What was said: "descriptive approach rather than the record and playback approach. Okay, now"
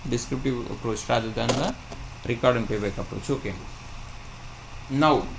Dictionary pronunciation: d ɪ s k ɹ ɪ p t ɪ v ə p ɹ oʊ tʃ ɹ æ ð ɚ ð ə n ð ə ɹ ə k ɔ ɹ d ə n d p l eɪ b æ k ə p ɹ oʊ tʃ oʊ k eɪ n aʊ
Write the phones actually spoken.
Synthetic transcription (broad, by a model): d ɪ s k ɹ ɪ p t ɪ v ə p ɹ oʊ tʃ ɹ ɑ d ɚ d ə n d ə ɹ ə k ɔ ɹ d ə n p eɪ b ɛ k ə p ɹ oʊ tʃ oʊ k eɪ n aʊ